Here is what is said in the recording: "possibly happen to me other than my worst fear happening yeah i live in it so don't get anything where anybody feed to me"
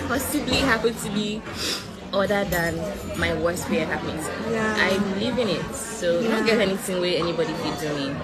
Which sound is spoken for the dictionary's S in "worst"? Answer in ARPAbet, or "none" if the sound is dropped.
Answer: S